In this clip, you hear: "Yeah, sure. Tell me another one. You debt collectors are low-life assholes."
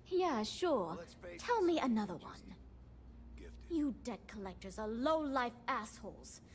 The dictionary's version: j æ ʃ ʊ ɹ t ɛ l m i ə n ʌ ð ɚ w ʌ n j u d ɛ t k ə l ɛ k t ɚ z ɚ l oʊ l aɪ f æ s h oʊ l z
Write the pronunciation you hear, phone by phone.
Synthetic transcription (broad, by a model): j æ ʃ ʊ ɹ t ɛ l m i ə n ʌ ð ɚ w ʌ n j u d ɛ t k ə l ɛ k t ɚ z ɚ l oʊ l aɪ f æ s h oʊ l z